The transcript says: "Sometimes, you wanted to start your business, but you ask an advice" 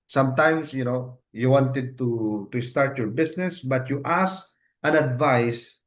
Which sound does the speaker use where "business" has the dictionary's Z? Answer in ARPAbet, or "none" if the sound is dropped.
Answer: S